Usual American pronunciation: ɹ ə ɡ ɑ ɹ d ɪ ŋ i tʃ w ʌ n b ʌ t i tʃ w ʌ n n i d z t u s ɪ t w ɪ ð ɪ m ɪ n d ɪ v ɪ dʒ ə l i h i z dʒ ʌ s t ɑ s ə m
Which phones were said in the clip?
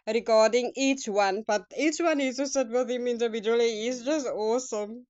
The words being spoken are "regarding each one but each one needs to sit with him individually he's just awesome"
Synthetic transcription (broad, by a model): ɹ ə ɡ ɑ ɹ d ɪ ŋ i tʃ w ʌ n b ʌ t i tʃ w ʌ n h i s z t u s ɪ t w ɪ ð ɪ m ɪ n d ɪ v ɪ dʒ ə i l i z dʒ ʌ s t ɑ s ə m